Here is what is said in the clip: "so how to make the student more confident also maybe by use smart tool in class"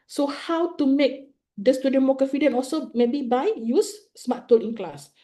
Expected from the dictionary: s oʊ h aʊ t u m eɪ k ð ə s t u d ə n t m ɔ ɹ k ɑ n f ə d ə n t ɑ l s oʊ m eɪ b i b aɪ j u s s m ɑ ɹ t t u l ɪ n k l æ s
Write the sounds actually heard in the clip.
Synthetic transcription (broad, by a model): s oʊ h aʊ t u m eɪ k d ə s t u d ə n m ɔ k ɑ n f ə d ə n ɑ l s oʊ m eɪ b i b aɪ j u s s m ɑ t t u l ɪ n k l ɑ s